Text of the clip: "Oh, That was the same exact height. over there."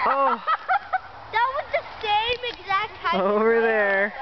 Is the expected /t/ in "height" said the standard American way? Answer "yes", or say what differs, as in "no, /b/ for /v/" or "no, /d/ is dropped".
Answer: no, /t/ is dropped